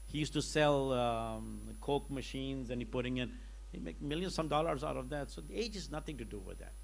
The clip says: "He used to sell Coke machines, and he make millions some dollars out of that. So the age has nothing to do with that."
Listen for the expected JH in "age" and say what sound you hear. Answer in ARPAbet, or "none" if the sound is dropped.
JH